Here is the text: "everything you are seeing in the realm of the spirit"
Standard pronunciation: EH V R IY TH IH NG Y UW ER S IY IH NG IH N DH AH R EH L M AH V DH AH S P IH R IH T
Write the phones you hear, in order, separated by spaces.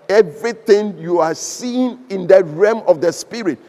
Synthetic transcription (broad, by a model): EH V R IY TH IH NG Y UW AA S IY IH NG IH N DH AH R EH M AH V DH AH S P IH R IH T